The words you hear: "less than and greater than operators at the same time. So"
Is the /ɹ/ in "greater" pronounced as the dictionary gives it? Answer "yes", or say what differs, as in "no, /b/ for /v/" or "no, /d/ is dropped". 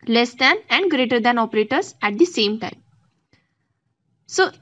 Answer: yes